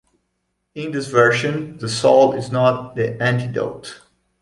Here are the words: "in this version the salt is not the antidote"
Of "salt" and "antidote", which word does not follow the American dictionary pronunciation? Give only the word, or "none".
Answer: salt